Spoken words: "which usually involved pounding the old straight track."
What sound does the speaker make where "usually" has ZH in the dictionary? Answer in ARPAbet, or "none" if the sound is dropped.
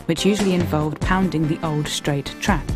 ZH